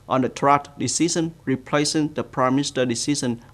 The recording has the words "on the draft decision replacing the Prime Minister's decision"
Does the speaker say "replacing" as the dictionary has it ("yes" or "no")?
yes